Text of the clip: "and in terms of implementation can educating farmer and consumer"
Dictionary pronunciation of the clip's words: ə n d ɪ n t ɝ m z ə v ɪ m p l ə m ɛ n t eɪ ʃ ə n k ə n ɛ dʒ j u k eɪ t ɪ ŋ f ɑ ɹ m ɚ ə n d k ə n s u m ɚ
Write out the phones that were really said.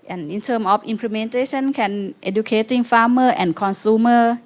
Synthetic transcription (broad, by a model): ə n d ɪ n t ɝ m ə f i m p l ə m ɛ n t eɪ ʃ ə n k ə n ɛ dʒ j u k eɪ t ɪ ŋ f ɑ m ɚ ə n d k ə n s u m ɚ